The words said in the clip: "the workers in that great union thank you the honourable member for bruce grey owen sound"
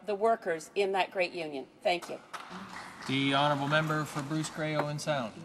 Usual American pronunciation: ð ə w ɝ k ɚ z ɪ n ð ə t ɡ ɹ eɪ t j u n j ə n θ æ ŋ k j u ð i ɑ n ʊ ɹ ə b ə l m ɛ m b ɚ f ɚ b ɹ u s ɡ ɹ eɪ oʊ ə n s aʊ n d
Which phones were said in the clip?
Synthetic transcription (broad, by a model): ð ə w ɝ k ɚ z ɪ n ð ə t ɡ ɹ eɪ t j u n j ə n θ æ ŋ k j u ð i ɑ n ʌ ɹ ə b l m ɛ m b ɚ f ɚ b ɹ u s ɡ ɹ eɪ oʊ ə n s aʊ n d